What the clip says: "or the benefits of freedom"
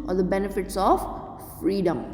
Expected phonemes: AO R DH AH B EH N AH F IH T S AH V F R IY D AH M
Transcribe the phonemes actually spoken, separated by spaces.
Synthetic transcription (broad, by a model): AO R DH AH B EH N AH F IH T S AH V F R IY D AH M